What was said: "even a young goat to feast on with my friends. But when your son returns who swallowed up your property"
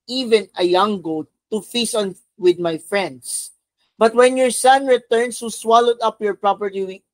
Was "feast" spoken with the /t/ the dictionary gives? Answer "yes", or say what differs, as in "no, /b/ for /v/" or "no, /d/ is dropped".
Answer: no, /t/ is dropped